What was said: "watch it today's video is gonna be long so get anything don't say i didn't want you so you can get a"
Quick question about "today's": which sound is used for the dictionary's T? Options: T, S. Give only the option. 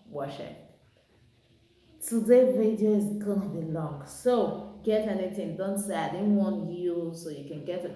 S